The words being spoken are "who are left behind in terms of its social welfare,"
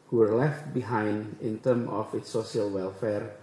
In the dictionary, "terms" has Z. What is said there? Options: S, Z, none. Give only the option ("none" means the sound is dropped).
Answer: none